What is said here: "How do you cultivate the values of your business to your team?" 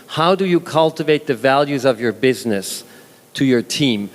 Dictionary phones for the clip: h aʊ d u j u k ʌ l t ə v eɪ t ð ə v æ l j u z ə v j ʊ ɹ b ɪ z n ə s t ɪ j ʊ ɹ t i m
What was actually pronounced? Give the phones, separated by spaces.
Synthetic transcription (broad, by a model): h aʊ d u j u k ʌ l t ə v eɪ t ð ə v æ l j u z ə v j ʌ ɹ b ɪ z n ə s t ɪ j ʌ ɹ t i m